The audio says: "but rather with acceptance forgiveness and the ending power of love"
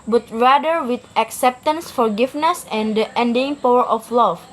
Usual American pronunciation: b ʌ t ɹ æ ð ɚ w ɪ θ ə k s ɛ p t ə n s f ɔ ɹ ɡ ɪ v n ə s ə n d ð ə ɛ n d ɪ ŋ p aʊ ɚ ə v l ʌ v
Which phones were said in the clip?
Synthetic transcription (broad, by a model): b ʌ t ɹ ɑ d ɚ w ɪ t ə k s ɛ p t ə n s f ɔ ɹ ɡ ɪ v n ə s ə n d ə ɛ n d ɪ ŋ p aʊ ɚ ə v l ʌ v